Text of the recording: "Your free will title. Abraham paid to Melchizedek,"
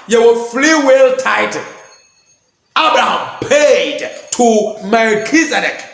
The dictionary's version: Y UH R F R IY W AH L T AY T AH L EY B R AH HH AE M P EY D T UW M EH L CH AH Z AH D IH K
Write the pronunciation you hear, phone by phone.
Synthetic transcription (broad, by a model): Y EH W F L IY W AH L T AY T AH B R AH HH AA M P EY D T UW M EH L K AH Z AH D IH K